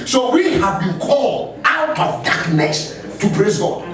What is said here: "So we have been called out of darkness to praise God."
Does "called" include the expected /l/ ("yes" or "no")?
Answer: yes